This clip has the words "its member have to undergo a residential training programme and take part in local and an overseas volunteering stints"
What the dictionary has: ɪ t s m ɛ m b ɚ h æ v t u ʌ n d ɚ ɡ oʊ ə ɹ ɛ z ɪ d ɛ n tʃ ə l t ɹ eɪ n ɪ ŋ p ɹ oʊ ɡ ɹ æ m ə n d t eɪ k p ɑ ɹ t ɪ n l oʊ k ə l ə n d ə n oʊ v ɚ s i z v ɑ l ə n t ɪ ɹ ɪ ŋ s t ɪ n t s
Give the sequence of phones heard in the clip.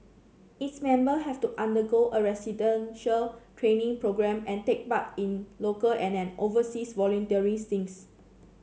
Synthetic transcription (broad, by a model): ɪ t s m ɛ m b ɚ h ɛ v t u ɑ n d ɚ ɡ oʊ ə ɹ ɛ s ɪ d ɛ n ʃ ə l t ɹ eɪ n ɪ ŋ p ɹ oʊ ɡ ɹ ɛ m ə n t eɪ k b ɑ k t ɪ n l oʊ k ə l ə n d ə n oʊ v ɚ s i s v ɑ l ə n t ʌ ɹ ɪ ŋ s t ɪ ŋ s